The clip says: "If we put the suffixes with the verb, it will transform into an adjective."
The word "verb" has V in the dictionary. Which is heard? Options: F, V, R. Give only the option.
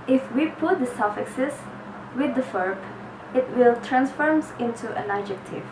F